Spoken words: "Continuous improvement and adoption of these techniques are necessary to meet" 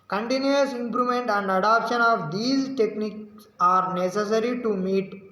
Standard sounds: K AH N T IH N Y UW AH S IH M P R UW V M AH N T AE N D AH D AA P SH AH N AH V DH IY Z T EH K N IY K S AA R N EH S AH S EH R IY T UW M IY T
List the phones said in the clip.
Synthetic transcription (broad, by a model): K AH N T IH N Y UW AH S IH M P R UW M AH N T AE N D AH D AA P SH AH N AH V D IY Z T EH K N IY K S AA R N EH S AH S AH R IY T UW M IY T